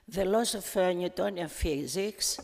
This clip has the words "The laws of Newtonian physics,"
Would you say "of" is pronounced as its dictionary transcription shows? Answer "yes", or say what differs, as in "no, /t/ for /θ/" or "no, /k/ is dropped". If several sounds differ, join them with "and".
no, /f/ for /v/